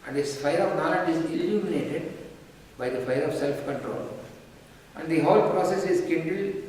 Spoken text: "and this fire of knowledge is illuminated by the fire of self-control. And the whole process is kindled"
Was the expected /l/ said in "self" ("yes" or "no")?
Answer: yes